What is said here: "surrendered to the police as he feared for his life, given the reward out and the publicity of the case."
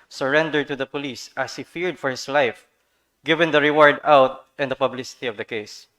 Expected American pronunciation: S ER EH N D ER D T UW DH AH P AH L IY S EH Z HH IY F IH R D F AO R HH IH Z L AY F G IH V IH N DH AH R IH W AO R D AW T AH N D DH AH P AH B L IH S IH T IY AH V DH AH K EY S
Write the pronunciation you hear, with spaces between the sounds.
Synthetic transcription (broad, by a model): S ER EH N D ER D T UW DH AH P AH L IY S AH S HH IY F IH R D F AO R HH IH S L AY F G IH V IH N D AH R IH W AO R D AW T AH N D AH P AH B L IH S IH T IY AH V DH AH K EY S